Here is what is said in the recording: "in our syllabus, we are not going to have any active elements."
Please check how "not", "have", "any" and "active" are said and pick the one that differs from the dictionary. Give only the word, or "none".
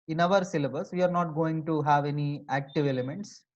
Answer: none